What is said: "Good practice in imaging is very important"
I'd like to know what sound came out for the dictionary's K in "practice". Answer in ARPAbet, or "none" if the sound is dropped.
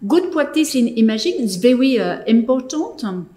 none